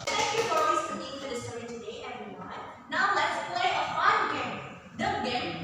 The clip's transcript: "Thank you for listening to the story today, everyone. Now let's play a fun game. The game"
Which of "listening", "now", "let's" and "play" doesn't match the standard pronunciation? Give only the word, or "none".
listening